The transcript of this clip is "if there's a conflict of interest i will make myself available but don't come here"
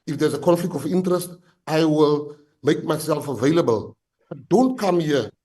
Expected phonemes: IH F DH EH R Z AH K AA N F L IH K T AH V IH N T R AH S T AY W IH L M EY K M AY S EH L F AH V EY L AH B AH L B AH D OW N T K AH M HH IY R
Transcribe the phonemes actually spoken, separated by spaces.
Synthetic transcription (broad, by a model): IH F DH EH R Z AH K AA N F L IH K T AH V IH N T R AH S T AY W IH L M EY K M AY S EH L F AH V EY L AH B AH L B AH D OW N T K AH M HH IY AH